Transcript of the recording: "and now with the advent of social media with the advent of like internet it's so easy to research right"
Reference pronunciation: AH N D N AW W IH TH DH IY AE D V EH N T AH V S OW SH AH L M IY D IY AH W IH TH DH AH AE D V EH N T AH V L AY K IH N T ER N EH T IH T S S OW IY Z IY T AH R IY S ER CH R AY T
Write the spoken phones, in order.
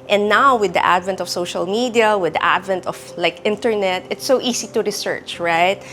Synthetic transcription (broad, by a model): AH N N AW W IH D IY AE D V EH N T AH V S OW SH AH L M IY D IY AH W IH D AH AE D V EH N T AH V L AY K IH N T ER N EH T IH T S S OW IY S IY T AH R IY S ER CH R AY T